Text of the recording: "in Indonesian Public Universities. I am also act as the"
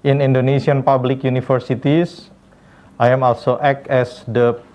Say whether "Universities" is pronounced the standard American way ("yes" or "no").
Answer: no